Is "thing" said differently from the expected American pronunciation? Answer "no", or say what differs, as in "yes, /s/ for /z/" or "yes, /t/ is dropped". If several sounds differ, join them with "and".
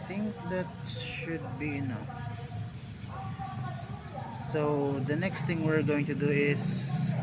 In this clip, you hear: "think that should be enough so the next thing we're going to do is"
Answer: yes, /t/ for /θ/